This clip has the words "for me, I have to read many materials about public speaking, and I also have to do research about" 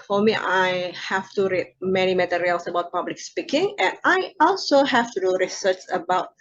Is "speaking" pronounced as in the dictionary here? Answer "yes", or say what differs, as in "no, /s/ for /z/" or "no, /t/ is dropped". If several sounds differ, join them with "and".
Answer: yes